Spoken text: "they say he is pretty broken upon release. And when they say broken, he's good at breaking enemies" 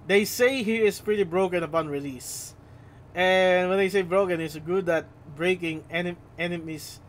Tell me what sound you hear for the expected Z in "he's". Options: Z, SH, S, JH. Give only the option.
S